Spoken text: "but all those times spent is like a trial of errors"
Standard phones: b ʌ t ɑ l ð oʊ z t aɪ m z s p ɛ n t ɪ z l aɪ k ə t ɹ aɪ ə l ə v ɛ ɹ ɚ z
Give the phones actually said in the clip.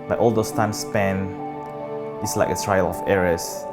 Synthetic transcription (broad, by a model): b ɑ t ɑ l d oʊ s t aɪ m s p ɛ n ɪ s l aɪ k ə t ɹ aɪ ə l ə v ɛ ɹ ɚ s